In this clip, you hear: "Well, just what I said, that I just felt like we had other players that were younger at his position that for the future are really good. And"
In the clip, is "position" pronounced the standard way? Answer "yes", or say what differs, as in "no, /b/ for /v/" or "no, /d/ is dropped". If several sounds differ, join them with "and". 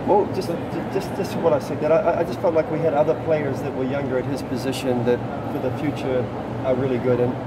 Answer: yes